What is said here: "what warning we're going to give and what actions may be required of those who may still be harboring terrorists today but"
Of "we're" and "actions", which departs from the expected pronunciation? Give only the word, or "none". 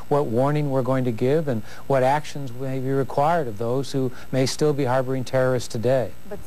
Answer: none